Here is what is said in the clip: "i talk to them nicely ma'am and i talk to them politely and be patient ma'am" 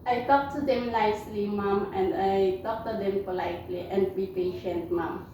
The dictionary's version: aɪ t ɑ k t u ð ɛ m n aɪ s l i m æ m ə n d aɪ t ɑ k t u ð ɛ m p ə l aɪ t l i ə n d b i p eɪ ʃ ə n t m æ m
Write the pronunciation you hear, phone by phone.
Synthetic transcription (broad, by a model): aɪ t ɑ k t u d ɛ m l aɪ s l i m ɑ m ə n d aɪ t ɑ k t u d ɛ m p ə l aɪ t l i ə n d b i p eɪ ʃ ə n t m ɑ m